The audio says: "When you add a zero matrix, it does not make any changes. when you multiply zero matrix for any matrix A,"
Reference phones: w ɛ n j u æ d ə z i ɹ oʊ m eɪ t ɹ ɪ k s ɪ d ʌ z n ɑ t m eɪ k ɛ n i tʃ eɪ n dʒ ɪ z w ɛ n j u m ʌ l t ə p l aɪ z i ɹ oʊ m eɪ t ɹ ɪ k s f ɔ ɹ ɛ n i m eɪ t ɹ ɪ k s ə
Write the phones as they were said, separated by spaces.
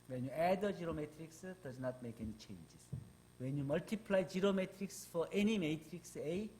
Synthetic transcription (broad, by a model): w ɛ n j u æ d ə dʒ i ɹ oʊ m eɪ t ɹ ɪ k s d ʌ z n ɑ t m eɪ k ɛ n i tʃ eɪ n dʒ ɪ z w ɛ n j u m ʌ l t ə p l aɪ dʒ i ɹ oʊ m eɪ t ɹ ɪ k s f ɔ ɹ ɛ n i m eɪ t ɹ ɪ k s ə